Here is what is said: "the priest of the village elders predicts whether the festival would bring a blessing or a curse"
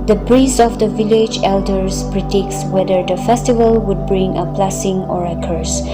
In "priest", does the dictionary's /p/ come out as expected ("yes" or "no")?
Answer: no